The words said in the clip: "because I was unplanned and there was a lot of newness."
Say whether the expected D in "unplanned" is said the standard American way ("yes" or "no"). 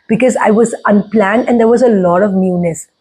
yes